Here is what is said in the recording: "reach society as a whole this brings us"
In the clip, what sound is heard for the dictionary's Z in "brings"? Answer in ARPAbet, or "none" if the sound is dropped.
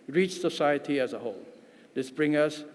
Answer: none